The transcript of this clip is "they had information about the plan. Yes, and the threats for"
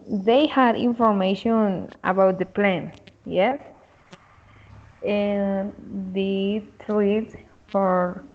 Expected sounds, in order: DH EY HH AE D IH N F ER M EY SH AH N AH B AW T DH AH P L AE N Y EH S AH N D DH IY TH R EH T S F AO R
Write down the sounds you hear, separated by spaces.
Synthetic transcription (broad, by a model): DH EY HH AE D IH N F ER M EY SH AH N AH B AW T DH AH P L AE N Y EH S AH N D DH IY T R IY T F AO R